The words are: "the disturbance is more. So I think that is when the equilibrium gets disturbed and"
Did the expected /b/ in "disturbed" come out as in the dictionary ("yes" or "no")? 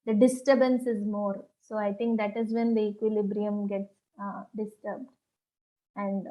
yes